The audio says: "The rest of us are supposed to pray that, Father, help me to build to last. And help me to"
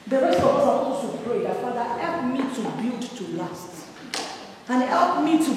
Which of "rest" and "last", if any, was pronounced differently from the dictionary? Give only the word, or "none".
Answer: rest